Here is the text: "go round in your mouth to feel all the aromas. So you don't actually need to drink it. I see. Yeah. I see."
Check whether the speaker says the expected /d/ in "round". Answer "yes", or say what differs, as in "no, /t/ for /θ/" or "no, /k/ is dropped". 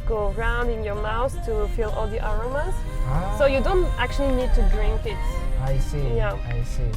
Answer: yes